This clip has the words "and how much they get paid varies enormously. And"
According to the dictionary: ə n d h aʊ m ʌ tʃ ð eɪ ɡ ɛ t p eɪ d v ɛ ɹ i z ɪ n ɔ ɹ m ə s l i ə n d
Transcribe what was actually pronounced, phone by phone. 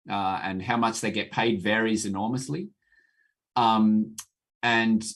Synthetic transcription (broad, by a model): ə n h aʊ m ʌ tʃ ð eɪ ɡ ɛ t p eɪ d v ɛ ɹ i z ɪ n ɔ ɹ m ə s l i ə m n